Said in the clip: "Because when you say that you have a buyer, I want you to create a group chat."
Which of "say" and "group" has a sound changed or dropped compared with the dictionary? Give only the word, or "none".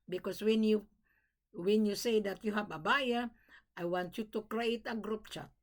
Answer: none